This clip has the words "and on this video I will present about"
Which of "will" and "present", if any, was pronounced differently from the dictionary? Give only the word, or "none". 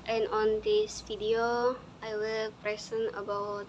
present